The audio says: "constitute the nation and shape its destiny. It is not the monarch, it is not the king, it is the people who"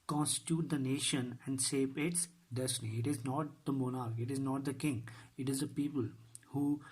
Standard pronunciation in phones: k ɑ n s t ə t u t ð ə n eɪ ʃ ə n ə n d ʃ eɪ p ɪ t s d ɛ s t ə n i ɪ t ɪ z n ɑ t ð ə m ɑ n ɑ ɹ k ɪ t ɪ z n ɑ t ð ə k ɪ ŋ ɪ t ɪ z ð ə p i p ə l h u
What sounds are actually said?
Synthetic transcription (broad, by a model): k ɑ n s t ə t u t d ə n eɪ ʃ ə n ə n d s eɪ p ɪ t s d ɛ s t ə n i ɪ t ɪ z n ɑ t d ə m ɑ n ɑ ɹ k ɪ t ɪ z n ɑ t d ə k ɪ ŋ ɪ t ɪ z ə p i p ə l h u